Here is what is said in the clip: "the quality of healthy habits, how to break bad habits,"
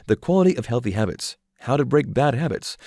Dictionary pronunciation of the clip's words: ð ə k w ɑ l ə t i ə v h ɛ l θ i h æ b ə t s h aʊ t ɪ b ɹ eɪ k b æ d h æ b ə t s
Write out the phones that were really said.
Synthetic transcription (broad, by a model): ð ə k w ɑ l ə t i ə v h ɛ l θ i h æ b ə t s h aʊ t ɪ b ɹ eɪ k b æ d h æ b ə t s